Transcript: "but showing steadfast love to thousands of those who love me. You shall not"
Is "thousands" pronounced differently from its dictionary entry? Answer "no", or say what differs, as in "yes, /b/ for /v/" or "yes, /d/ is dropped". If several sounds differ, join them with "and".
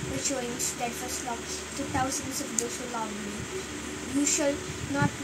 yes, /t/ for /θ/